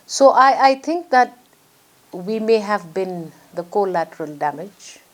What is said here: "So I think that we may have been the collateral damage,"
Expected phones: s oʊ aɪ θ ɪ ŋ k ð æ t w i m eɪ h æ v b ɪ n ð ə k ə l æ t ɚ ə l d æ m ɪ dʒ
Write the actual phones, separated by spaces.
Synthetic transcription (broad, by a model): s oʊ aɪ t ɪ ŋ k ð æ t w i m eɪ h æ v b ɪ n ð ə k ə l æ t ɚ ə l d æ m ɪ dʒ